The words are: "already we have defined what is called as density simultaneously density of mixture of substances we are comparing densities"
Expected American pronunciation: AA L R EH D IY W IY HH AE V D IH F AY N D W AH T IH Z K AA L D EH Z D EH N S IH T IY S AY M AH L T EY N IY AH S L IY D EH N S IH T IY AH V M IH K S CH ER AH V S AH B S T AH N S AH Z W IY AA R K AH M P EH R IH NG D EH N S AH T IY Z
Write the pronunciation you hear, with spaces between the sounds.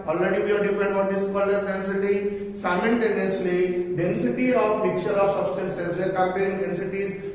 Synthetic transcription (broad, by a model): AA L R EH D IY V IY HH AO D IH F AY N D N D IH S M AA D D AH S D EH N S IH T IY S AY M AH N T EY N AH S L IY D EH N S IH T IY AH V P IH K CH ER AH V S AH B S T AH N S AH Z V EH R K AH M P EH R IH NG D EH N S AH T IY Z